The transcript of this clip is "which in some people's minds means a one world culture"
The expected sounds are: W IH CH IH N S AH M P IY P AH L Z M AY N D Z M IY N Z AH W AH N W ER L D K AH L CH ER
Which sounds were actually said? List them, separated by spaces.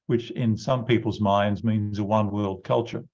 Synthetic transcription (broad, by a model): W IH CH IH N S AH M P IY P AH L Z M AY N D Z M IY N Z AH W AH N W ER L D K AH L CH ER